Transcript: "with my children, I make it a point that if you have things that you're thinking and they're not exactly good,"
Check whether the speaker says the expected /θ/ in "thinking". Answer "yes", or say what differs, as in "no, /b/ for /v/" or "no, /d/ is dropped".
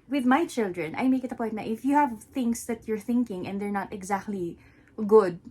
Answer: yes